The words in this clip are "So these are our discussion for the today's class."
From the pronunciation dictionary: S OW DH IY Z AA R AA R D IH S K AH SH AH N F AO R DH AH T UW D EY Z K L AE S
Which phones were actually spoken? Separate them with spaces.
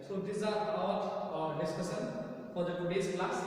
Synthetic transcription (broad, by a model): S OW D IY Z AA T AA R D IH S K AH S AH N F AO R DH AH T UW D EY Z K L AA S